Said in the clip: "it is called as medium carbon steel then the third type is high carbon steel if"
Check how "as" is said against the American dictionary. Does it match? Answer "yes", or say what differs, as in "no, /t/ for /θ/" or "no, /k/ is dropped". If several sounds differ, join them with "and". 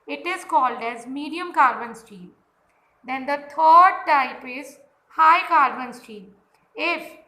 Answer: yes